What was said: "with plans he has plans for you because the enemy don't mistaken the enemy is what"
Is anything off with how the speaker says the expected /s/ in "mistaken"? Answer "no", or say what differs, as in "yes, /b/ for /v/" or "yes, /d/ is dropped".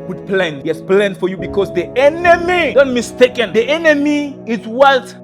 no